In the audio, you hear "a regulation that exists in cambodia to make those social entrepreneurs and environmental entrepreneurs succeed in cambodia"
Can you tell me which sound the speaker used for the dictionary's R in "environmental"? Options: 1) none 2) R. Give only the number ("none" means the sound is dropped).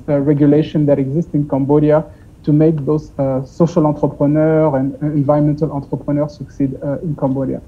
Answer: 1